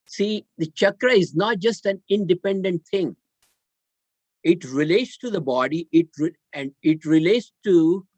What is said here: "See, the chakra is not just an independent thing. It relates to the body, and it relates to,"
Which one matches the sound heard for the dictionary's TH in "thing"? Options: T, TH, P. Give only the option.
T